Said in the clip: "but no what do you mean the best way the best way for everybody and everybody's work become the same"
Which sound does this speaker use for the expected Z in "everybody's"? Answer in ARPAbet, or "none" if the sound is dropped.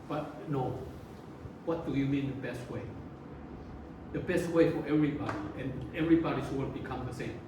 S